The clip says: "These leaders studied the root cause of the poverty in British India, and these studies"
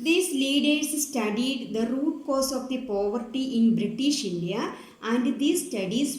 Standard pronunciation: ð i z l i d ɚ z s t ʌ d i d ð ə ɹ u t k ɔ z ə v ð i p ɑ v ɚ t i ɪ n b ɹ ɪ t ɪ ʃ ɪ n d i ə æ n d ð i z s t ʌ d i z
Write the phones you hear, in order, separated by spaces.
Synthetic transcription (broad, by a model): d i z l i d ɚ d s t ʌ d i d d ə ɹ u t k ɔ s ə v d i p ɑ v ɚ t i ɪ n b ɹ ɪ t ɪ ʃ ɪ n d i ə æ n d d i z s t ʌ d i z